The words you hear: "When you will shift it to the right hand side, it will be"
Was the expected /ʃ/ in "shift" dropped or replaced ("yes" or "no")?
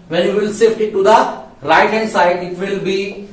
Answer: yes